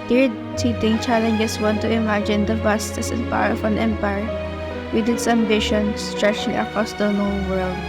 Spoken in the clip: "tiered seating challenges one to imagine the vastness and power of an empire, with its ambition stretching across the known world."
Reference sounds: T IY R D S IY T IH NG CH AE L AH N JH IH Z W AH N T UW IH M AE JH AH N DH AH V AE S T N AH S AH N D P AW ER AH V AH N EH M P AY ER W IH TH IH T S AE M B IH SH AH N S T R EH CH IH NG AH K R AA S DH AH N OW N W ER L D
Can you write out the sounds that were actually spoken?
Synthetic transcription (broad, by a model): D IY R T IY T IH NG CH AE L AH N JH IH S W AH N T UW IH M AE JH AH N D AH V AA S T AH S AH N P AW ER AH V AH N EH M P AY ER W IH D IH T S AE M B IH SH AH N S T R EH CH IH NG AH K R AA S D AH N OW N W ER L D